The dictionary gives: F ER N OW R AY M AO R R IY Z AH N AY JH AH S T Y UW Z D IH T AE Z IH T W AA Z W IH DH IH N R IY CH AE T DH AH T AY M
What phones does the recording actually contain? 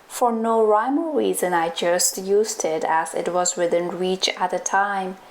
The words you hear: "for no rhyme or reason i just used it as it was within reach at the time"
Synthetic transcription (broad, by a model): F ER N OW R AY M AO L R IY Z AH N AY JH AH S T Y UW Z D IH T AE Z IH T W AA Z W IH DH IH N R IY CH AE T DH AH T AY M